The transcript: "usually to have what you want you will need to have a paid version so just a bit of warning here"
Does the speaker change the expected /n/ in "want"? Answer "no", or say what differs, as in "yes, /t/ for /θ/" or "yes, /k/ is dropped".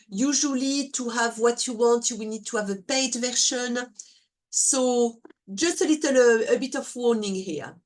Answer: no